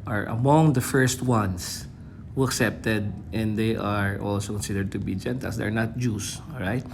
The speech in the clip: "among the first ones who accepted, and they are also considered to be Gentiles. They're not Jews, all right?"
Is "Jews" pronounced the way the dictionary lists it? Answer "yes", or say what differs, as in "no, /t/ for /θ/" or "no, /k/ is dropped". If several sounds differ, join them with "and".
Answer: no, /s/ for /z/